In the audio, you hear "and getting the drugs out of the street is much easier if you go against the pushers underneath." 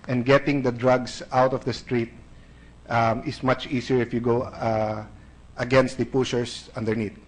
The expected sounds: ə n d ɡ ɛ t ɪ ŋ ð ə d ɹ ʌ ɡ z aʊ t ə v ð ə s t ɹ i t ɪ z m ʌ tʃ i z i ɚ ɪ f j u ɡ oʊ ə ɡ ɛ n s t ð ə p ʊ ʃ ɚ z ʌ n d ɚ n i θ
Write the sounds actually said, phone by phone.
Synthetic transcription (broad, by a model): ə n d ɡ ɛ t ɪ ŋ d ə d ɹ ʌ ɡ s aʊ t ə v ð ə s t ɹ i t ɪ s m ʌ tʃ i s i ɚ ɪ f j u ɡ oʊ ə ɡ ɛ n s t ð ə p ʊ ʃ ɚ s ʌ n d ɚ n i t